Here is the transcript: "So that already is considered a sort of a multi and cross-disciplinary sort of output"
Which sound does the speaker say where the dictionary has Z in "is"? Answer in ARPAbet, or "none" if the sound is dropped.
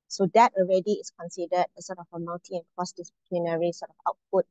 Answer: S